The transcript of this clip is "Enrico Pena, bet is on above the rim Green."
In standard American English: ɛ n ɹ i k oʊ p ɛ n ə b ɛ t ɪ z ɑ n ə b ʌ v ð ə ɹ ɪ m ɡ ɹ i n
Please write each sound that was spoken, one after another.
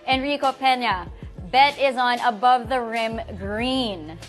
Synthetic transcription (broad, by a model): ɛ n ɹ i k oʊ p ɛ n ə b ɛ t ɪ z n ə b ʌ v ð ə ɹ ɪ m ɡ ɹ i n